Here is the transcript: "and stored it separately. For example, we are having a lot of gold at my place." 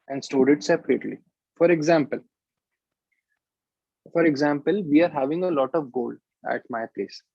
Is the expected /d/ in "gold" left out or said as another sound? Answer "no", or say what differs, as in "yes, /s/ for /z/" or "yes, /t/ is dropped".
no